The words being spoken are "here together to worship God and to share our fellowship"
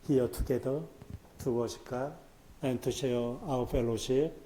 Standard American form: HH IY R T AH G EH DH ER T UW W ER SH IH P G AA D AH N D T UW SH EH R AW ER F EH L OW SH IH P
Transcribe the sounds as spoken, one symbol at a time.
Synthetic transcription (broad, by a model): HH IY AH T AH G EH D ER T UW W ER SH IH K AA AH N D T UW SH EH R AW ER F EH L OW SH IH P